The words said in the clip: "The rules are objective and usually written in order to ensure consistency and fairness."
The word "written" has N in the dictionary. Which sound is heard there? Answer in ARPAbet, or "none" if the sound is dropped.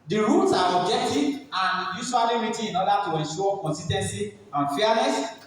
none